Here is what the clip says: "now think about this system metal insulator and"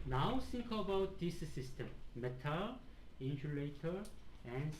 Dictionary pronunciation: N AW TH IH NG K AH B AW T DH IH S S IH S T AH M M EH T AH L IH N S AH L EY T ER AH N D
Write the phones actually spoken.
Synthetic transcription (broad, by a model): N AW S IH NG K AH B AW T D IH S S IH S T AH M M EH T AH L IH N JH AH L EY T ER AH N